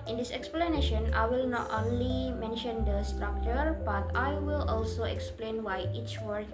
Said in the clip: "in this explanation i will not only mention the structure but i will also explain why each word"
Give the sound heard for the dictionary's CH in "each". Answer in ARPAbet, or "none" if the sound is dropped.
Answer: CH